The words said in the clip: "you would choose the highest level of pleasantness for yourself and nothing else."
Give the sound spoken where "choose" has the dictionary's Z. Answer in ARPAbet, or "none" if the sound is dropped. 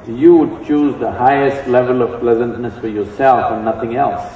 Z